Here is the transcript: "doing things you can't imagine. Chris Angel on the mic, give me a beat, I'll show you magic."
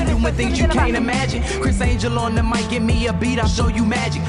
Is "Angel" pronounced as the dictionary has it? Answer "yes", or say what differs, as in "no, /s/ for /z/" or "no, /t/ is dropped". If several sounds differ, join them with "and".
yes